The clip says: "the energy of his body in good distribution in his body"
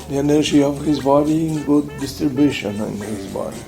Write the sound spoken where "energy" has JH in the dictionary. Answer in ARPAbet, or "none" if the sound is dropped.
SH